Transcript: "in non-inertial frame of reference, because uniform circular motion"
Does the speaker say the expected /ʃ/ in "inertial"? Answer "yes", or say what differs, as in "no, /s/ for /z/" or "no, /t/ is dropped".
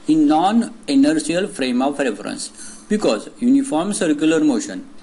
no, /s/ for /ʃ/